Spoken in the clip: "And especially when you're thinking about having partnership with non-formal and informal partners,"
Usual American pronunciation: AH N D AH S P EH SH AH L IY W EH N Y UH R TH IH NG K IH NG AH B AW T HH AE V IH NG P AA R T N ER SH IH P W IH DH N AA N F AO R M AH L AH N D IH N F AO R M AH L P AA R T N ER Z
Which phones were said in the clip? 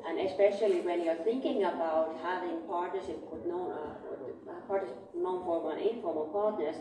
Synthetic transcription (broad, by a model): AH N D AH S P EH SH AH L IY W EH N Y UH R TH IH NG K IH NG AH B AW T HH AE V IH NG P AA R T N ER SH IH P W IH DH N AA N P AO R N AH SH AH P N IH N F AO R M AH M P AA R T N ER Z